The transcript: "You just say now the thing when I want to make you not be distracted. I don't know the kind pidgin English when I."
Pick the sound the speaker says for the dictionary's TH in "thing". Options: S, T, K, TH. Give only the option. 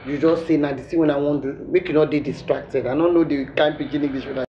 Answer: S